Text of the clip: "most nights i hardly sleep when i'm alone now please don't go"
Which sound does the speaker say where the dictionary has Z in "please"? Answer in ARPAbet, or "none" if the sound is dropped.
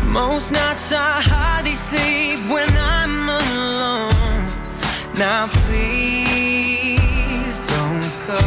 Z